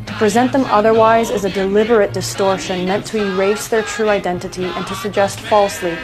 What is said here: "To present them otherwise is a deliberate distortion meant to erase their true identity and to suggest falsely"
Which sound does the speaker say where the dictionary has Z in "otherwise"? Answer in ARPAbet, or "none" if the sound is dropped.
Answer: Z